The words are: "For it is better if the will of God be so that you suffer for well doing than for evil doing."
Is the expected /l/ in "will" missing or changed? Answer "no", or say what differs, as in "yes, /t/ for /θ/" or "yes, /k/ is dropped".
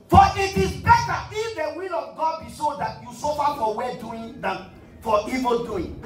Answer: no